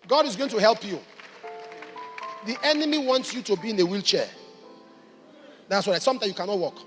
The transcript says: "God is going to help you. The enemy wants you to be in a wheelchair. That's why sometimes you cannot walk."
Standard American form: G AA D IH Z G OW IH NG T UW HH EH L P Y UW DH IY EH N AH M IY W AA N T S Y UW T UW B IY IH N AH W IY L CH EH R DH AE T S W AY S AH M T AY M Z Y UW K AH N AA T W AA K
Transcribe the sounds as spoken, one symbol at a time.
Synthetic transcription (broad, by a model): G AA D IH Z G OW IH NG T UW HH EH L P Y UW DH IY EH N AH M IY W AA N T S Y UW T UW B IY IH N AH W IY L CH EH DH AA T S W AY S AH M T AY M Y UW K AH N AA T W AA K